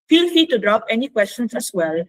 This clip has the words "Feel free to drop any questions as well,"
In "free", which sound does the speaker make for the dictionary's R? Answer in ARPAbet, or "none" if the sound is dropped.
none